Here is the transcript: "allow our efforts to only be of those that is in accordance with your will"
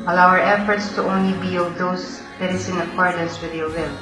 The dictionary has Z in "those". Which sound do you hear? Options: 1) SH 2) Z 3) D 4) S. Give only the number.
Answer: 4